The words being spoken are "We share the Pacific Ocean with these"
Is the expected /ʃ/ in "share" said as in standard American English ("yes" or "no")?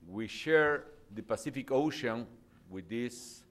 yes